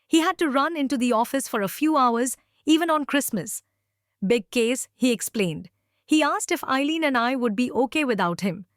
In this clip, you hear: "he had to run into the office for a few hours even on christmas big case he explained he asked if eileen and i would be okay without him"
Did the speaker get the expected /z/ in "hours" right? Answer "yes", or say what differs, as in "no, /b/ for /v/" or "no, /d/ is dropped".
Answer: yes